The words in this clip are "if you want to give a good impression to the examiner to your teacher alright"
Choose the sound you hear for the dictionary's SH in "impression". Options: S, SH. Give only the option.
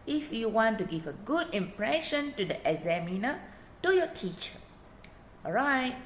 SH